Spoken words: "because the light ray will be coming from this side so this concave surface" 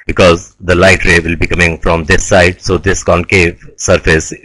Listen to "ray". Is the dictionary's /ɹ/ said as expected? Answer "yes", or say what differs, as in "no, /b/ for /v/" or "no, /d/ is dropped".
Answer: yes